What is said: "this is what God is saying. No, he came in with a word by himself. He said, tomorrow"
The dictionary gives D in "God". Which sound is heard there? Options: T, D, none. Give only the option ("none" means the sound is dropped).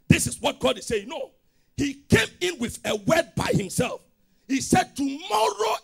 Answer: D